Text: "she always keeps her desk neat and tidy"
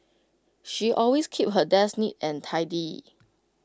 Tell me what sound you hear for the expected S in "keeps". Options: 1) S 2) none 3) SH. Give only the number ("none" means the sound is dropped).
2